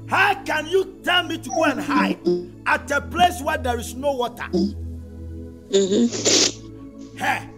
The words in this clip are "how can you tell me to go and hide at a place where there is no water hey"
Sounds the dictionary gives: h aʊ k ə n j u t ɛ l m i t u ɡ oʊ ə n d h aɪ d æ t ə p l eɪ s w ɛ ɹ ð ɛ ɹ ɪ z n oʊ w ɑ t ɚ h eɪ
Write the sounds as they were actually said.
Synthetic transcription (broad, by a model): h aʊ k ə n j u t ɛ n m i t u ɡ oʊ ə n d h aɪ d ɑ t ə p l eɪ s w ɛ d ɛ ɹ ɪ s n oʊ w ɑ t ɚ h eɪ